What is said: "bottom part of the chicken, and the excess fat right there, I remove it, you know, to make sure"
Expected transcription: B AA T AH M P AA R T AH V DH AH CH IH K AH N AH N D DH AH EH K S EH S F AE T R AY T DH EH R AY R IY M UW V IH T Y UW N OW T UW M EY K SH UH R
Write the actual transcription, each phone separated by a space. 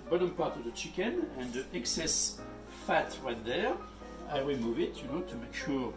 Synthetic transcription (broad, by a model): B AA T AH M P AA R T AH V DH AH CH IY K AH N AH N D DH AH EH K S EH S F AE T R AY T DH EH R AY W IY M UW V IH T Y UW N OW T UW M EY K SH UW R